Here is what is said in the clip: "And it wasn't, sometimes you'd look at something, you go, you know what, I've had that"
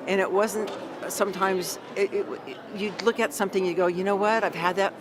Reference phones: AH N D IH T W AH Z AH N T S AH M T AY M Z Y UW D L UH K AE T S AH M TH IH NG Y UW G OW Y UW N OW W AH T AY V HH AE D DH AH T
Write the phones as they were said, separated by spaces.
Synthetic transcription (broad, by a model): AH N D IH T W AH Z AH N T S AH M T AY M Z Y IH D L UH K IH T S AH M TH IH NG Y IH G OW Y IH N OW W AH T AY V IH D DH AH T